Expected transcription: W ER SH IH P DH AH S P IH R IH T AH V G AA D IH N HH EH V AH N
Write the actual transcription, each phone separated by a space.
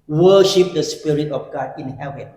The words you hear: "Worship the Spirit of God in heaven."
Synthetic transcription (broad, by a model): W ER SH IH P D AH S P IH R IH T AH F G AA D IH N HH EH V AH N